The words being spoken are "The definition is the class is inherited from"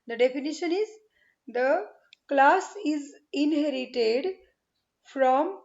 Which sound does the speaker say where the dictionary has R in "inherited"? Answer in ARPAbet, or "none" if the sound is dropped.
R